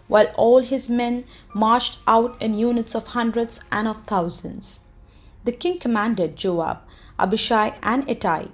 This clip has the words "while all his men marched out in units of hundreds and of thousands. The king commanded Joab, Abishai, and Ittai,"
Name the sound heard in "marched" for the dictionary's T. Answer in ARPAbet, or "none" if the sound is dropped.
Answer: T